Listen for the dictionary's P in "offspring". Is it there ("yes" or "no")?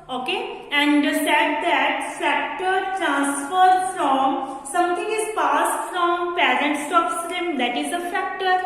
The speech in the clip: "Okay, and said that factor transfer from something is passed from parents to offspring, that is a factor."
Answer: no